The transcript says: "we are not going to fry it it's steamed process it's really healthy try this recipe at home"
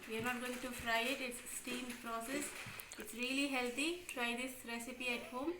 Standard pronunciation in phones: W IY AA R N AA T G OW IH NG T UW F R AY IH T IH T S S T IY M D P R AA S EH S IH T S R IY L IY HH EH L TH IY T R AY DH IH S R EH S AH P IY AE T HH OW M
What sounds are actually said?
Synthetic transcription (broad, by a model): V IY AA R N AA T G OW IH NG T UW F R AY IH T IH T S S T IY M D P R AA S EH S IH T S R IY L IY HH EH L T IY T R AY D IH S R EH S AH P IY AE T HH OW M